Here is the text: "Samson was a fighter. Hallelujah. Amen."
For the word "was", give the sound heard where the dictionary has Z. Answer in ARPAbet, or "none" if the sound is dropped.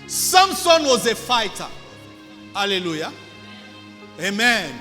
Z